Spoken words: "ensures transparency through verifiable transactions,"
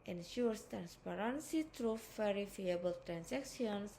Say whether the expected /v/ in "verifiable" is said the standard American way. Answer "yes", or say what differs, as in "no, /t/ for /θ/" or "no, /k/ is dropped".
no, /f/ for /v/